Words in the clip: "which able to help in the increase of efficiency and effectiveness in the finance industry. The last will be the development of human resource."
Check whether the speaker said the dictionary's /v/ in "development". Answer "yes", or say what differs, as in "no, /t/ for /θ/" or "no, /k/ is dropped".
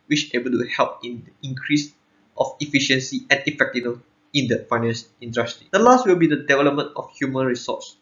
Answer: yes